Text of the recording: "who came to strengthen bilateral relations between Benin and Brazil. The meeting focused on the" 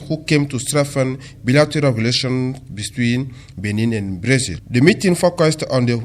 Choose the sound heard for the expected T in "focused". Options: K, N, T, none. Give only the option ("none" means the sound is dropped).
T